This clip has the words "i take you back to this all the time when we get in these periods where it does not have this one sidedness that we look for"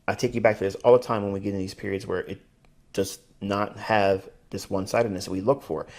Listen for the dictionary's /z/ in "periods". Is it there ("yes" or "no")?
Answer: yes